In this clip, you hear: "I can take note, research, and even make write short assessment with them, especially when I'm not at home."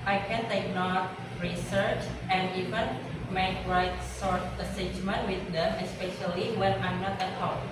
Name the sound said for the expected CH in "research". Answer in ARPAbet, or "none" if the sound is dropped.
CH